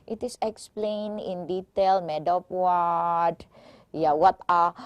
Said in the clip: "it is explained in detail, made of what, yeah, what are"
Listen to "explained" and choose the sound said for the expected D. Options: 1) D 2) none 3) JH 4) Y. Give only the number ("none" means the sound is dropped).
2